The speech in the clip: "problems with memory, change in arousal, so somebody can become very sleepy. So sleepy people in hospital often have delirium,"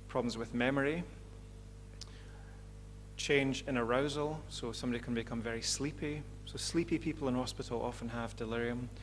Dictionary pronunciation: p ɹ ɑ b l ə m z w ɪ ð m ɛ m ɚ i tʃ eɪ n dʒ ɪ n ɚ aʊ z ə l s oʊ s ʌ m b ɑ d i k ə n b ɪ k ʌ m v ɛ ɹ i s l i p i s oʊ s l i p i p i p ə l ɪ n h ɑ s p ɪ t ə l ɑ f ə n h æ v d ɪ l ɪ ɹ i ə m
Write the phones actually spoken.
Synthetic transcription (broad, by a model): p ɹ ɑ b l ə m z w ɪ ð m ɛ m ɚ i tʃ eɪ n dʒ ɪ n ɚ aʊ z ə l s oʊ s ʌ m b ɑ d i k ə n b ɪ k ʌ m v ɛ ɹ i s l i p i s oʊ s l i p i p i p ə l ɪ n h ɑ s p ɪ t ə l ɑ f ə n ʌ v d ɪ l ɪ ɹ i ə m